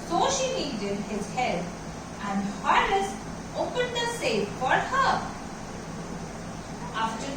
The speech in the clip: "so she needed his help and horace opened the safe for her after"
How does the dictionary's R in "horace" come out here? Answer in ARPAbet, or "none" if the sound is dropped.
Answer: L